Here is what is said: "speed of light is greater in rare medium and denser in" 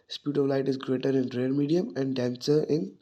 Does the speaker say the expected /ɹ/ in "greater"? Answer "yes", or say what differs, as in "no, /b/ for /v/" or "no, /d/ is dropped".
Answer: yes